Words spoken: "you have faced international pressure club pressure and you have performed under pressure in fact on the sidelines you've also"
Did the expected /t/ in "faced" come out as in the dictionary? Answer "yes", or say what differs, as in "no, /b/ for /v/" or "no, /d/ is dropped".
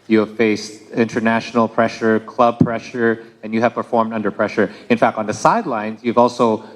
yes